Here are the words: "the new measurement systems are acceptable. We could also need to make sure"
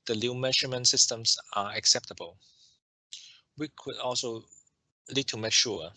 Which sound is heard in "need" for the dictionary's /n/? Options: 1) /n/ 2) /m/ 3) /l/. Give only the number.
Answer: 3